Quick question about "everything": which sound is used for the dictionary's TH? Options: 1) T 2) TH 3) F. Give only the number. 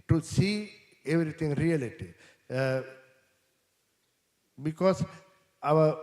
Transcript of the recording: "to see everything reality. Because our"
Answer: 1